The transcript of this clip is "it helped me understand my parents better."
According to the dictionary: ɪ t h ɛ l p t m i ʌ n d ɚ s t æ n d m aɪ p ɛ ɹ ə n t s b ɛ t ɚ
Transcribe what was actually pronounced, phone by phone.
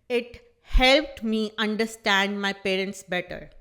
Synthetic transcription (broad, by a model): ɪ t h ɛ l p t m i ʌ n d ɚ s t æ n d m aɪ p ɛ ɹ ə n t s b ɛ t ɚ